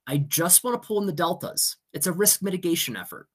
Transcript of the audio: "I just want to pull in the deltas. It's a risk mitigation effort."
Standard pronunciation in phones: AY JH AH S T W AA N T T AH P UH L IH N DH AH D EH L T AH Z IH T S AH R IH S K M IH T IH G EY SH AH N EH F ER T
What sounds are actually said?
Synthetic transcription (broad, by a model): AY JH AH S T W AA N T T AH P UH L IH N DH AH D EH L T AH Z IH T S AH R IH S K M IH T IH G EY SH AH N EH F ER T